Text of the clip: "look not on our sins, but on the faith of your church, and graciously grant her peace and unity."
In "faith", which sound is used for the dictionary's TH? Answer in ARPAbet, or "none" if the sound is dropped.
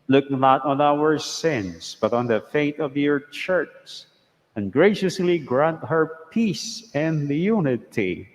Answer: T